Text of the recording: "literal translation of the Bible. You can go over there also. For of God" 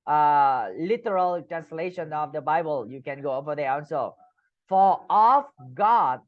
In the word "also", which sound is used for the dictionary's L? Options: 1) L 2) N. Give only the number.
2